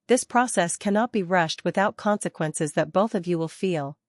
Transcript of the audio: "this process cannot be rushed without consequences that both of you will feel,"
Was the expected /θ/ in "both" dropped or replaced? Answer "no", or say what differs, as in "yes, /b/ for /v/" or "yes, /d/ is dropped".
no